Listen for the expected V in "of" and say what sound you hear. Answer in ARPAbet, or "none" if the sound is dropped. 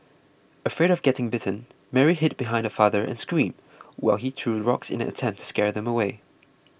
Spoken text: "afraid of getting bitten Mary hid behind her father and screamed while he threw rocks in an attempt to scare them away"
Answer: V